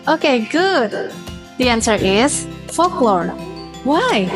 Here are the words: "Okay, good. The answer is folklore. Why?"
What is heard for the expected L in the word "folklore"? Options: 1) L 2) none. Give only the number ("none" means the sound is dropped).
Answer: 1